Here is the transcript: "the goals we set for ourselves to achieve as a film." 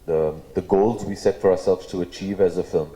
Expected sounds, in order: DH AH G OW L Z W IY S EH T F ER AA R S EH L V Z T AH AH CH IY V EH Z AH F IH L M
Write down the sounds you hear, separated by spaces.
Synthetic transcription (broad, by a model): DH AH G OW L Z W IY S EH T F ER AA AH S EH L V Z T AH AH CH IY V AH Z AH F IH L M